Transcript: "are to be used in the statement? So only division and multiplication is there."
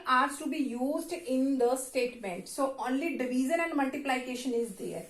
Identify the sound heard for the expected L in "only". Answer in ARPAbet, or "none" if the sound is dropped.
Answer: L